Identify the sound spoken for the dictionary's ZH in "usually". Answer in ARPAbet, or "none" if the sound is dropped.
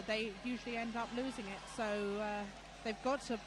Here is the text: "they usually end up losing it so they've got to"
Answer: ZH